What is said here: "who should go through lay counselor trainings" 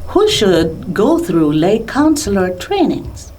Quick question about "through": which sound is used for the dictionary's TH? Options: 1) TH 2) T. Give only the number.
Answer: 1